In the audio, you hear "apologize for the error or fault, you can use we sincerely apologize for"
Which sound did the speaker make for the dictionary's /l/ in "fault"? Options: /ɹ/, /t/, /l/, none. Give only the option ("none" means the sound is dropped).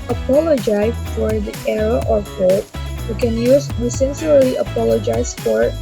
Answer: none